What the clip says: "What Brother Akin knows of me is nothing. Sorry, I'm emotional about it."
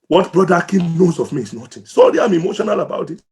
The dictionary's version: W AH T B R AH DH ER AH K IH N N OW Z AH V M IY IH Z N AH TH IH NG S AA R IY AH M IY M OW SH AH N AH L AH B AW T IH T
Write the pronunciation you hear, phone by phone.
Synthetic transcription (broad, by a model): W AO T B R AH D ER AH K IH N N OW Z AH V M IY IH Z N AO T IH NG S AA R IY AH M IY M OW SH AH N AH L AH B AW T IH T